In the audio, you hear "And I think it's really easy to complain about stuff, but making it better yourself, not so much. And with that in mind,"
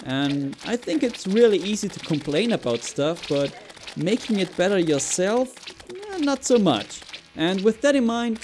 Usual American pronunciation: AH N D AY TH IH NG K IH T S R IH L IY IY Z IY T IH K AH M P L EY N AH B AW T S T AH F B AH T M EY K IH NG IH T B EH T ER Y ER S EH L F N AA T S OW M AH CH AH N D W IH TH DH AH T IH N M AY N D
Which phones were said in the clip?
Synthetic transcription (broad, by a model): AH N AY TH IH NG K IH T S R IH L IY IY Z IY T IH K AH M P L EY N AH B AW T S T AH F B AH T M EY K IH NG IH T B EH T ER Y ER S EH L F N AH T S OW M AH CH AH N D W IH DH AH T IH N M AY N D